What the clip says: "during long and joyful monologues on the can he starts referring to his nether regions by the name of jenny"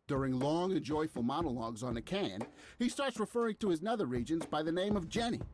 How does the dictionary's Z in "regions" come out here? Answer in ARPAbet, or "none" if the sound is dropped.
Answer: Z